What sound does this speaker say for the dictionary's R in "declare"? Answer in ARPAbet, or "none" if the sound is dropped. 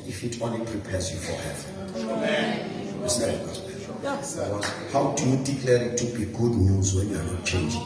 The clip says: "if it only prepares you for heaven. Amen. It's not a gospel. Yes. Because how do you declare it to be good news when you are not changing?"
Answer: L